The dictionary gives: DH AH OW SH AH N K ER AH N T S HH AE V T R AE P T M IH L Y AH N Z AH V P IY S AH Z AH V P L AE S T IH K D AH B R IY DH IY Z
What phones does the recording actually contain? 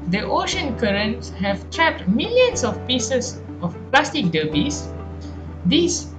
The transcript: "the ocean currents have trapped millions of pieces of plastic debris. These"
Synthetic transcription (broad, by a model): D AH OW SH AH N K ER AH N T S HH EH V T R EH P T M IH L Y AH N S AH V P IY S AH S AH F P L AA S T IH K D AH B IY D IY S